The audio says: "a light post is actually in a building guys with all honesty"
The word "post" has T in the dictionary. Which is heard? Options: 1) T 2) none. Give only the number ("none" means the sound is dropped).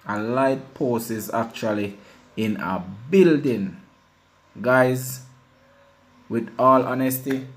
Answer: 2